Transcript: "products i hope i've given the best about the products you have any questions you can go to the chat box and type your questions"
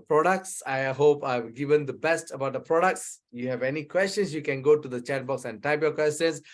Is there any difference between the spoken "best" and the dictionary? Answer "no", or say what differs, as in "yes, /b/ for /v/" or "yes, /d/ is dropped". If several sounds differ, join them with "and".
no